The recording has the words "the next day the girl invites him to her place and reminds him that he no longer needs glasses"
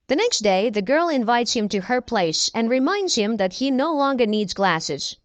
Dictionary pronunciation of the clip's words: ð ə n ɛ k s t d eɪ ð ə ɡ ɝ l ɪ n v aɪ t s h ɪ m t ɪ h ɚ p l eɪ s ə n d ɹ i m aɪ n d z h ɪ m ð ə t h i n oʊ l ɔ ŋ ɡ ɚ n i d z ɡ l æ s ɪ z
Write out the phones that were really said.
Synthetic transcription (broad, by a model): ð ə n ɛ k s t d eɪ ð ə ɡ ɝ l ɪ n v aɪ t s h ɪ m t ɪ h ɚ p l eɪ s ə n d ɹ i m aɪ n d z h ɪ m ð ə t h i n oʊ l ɔ ŋ ɡ ɚ n i d z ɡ l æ s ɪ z